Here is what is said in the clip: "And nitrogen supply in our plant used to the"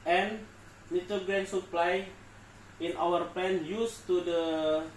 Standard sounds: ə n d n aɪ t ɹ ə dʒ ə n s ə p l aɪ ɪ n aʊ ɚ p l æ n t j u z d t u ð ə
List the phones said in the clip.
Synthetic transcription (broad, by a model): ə n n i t ə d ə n s ə p l aɪ ɪ n aʊ ɚ p l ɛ n j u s t u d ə